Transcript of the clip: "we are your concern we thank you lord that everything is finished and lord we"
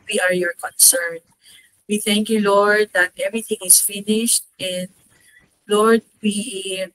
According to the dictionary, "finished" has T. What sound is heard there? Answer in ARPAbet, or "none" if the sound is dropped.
T